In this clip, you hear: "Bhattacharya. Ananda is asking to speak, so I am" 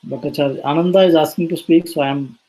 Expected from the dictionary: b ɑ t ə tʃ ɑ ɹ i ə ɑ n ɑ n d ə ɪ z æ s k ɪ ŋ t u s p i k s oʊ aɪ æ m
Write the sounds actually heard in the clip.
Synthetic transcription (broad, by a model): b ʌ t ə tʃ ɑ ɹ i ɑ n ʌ n d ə ɪ z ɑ s ɪ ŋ t u s p i k s oʊ aɪ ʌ m